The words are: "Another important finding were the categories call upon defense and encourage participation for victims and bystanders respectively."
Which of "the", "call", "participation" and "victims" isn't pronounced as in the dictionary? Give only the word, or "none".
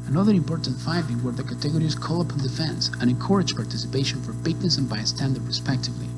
victims